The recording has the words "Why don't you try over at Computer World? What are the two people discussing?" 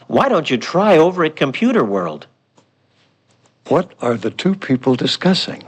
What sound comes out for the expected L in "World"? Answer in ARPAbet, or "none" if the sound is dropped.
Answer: L